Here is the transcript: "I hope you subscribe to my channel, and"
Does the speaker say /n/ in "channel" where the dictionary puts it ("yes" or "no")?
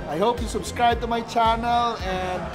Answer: yes